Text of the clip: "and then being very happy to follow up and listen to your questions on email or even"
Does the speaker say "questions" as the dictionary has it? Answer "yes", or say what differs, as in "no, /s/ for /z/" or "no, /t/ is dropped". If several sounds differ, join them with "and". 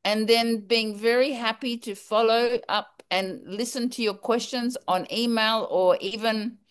yes